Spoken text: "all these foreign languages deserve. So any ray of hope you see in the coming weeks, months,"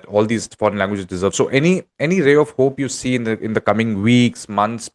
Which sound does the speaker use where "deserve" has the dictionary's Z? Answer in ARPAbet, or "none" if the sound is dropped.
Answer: Z